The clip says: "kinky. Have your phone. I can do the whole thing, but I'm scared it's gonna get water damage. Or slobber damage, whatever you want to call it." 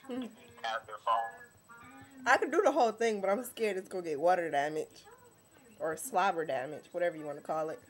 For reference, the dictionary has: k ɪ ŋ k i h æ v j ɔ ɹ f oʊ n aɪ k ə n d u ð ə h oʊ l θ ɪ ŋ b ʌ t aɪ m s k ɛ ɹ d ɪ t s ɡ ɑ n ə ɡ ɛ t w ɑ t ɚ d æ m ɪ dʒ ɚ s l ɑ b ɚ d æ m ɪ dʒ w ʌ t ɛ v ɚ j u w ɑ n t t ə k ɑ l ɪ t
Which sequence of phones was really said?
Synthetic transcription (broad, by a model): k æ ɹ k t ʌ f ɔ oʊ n aɪ k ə d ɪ ð ə h oʊ l θ ɪ ŋ b ʌ t aɪ m s k ɛ ɹ d ɪ t s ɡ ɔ ə ɡ ɛ t w ɑ t ɚ d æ m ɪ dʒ ɚ s l ɑ b ɚ d æ m ɪ dʒ w ʌ t ɛ v ɚ j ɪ w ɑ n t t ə k ɑ l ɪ t